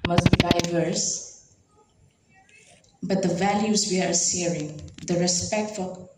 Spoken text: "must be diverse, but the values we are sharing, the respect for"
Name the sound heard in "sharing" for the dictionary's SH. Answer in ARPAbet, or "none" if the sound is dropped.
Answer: S